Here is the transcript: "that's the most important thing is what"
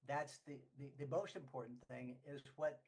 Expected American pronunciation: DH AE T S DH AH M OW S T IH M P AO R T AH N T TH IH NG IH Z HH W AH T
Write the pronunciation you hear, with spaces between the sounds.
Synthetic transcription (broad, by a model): DH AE T S DH AH M OW S T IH M P AO R T N TH IH NG IH Z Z W AH T